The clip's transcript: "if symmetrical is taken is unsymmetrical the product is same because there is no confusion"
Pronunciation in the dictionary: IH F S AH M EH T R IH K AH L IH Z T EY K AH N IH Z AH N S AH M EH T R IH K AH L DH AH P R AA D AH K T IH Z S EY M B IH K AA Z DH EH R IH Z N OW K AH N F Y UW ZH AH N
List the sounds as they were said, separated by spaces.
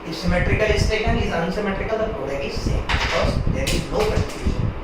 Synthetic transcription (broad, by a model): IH S AH M EH T R IH K AH L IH S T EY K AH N IH Z AH N S AH M EH T R IH K AH L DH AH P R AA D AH T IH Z S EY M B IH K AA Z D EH R IH Z N OW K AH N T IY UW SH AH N